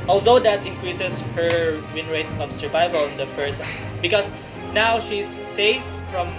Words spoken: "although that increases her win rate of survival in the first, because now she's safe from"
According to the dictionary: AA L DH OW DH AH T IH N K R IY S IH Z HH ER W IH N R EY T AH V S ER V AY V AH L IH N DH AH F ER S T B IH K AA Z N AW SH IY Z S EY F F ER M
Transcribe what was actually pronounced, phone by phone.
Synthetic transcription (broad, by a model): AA L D OW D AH T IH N K R IY S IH S HH ER W IH N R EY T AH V S ER V AY V AH L IH N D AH F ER S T B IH K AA S N AW SH IY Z S EY F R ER M